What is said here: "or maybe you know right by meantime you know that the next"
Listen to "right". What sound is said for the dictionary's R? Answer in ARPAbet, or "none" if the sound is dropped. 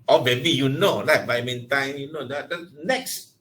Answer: L